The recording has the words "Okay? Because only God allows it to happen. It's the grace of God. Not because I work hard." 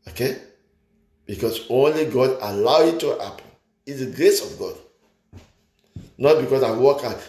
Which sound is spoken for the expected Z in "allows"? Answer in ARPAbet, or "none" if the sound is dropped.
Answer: none